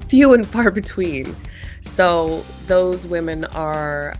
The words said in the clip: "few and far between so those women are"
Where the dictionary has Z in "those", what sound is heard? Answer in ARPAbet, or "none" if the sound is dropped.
Z